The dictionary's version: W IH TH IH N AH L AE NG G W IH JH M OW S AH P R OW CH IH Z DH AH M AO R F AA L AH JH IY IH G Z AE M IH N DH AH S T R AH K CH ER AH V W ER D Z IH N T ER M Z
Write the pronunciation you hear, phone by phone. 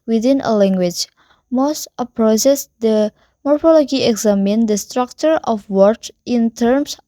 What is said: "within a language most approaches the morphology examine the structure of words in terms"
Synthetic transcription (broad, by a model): W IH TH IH N AH L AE NG G W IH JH M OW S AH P R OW S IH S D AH M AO R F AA L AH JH IY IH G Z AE M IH N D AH S T R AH K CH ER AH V W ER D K IH N T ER M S